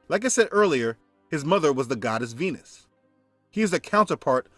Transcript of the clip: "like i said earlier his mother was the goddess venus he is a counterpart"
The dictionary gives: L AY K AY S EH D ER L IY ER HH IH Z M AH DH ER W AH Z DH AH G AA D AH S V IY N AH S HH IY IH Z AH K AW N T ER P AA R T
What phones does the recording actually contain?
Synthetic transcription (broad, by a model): L AY K AY S EH D ER L IY ER HH IH Z M AH DH ER W AH Z DH AH G AA D AH S V IY N AH S HH IY IH Z AH K AW N T ER P AA R T